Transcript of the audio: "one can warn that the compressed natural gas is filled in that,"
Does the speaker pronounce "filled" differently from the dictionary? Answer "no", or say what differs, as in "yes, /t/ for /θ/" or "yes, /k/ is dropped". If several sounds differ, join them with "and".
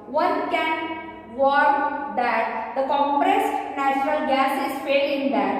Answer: yes, /l/ is dropped